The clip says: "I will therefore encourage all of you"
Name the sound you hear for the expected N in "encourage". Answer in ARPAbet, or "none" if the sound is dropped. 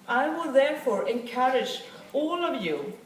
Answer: N